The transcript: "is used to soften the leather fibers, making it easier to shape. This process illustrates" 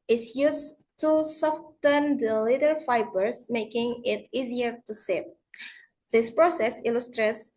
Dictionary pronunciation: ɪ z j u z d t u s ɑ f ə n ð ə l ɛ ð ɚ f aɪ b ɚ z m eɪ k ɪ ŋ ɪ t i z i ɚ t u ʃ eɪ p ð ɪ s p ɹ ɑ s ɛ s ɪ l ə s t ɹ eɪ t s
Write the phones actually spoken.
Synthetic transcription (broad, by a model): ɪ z j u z t u s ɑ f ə n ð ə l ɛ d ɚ f aɪ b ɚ s m eɪ k ɪ ŋ ɪ t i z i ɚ t u s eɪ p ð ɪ s p ɹ ɑ s ɛ s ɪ l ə s t ɹ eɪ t s